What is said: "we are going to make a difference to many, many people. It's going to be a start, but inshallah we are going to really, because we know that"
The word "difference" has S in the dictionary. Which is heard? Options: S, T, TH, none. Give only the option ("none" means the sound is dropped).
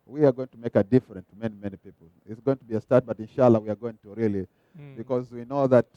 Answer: none